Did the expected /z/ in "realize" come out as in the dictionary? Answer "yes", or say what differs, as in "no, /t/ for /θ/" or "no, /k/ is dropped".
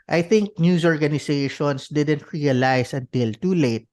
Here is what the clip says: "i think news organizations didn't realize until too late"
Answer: no, /s/ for /z/